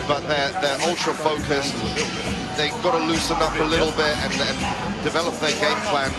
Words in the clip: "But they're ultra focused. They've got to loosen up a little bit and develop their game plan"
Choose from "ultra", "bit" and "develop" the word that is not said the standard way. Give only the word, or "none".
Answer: none